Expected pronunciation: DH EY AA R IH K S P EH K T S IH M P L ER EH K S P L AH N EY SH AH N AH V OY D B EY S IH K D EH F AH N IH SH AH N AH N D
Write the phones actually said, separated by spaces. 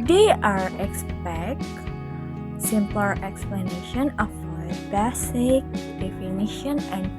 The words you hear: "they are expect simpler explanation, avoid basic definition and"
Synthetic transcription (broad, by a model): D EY AA R IH K S P EH K T S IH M P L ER EH K S P L AH N EY SH AH N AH F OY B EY S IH K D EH F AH N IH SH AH N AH N